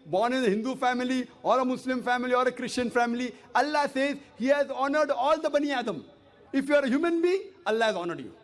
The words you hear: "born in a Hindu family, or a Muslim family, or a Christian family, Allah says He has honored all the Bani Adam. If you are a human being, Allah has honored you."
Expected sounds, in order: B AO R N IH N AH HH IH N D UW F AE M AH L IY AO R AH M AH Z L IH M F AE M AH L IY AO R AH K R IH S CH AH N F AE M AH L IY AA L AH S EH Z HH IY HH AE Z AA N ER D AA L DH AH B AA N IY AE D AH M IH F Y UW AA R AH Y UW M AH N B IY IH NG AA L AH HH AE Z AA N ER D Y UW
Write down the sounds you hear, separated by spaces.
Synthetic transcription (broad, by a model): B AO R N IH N AH HH IH N D UW F AE M AH L IY AO R AH M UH S L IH M F AE M AH L IY AO R AH K R IH S CH AH N F AE M AH L IY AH L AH S EH Z HH IY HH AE Z AA N ER D AA L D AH B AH N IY AE D AH M IH F Y UW AA R AH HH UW M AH N B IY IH NG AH L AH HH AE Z AA N ER D Y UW